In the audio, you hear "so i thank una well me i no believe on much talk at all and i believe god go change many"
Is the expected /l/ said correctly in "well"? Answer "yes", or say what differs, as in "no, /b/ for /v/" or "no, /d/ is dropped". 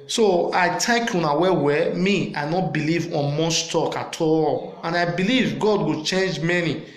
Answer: no, /w/ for /l/